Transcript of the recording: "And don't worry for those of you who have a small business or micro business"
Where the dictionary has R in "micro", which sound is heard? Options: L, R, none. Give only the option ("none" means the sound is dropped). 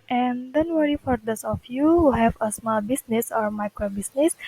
R